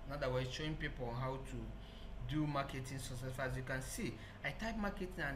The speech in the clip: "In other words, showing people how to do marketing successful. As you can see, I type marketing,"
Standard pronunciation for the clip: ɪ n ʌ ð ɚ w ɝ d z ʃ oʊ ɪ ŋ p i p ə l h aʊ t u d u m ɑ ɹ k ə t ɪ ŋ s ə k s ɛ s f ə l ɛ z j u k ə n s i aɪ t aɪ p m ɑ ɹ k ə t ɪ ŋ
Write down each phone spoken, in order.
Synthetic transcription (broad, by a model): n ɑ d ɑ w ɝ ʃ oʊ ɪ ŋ p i p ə n h aʊ t u d u m ɑ k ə t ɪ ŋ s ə s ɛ f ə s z j u k ə n s i aɪ t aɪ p m ɑ k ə t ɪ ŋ